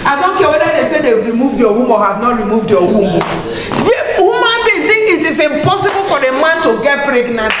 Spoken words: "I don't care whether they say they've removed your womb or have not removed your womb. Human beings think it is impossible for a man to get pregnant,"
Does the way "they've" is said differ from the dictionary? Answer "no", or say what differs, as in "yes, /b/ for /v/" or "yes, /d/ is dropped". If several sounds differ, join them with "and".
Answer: yes, /w/ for /v/